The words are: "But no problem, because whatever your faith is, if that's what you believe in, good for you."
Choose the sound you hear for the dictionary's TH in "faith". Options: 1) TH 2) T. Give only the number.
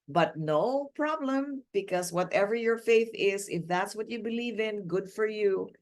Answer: 1